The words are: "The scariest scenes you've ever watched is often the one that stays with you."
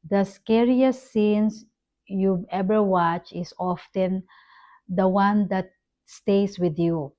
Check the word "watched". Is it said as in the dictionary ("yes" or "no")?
no